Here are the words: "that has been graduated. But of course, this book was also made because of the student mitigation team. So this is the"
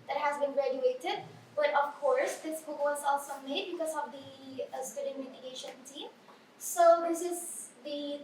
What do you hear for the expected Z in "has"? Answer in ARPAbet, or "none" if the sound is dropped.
Z